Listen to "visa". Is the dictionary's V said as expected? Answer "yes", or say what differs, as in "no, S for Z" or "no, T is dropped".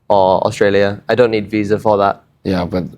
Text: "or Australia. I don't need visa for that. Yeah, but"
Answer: yes